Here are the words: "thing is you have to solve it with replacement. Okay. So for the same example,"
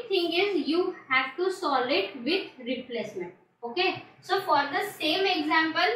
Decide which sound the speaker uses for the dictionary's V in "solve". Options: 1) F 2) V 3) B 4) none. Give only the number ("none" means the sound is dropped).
4